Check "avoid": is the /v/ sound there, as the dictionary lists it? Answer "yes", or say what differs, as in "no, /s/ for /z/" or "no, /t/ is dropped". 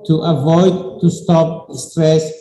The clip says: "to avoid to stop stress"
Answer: yes